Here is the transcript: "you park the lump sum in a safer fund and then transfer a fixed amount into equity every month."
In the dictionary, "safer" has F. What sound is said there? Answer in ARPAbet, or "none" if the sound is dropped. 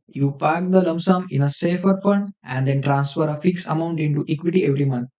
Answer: F